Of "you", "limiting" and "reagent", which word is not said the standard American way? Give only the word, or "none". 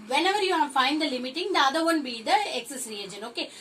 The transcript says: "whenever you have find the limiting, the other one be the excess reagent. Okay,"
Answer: reagent